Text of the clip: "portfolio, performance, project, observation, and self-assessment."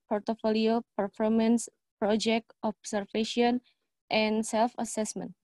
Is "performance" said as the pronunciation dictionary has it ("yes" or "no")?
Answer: yes